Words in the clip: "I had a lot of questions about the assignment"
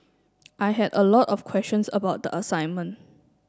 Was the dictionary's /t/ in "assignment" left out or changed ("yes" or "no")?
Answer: no